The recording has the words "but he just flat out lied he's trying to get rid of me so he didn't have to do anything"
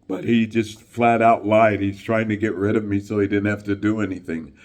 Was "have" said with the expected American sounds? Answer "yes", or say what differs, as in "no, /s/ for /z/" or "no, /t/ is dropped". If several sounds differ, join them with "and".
no, /f/ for /v/